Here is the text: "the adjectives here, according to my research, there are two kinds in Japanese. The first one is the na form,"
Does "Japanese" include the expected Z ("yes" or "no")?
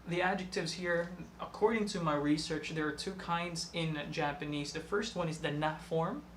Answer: yes